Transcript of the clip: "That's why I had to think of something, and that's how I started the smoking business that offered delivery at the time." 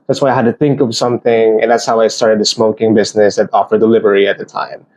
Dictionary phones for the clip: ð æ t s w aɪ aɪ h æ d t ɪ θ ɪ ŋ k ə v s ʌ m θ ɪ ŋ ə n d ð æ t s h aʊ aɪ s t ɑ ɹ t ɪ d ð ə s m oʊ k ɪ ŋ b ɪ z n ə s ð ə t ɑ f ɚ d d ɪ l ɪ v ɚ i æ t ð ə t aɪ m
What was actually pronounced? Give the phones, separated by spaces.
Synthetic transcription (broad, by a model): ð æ t s w aɪ aɪ h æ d t ɪ θ ɪ ŋ k ə v s ʌ m θ ɪ ŋ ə n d ð æ t s h aʊ aɪ s t ɑ ɹ t ɪ d ð ə s m oʊ k ɪ ŋ b ɪ z n ə s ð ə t ɑ f ɚ d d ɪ l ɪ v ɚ i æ t ð ə t aɪ m